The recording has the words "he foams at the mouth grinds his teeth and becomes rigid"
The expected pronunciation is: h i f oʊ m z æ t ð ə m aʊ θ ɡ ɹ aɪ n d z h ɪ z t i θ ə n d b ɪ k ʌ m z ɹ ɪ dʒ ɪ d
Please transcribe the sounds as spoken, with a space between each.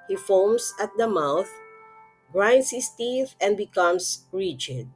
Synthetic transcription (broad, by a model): h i f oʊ m s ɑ t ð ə m aʊ θ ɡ ɹ aɪ n d s h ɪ s t i θ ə n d b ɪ k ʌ m s ɹ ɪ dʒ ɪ d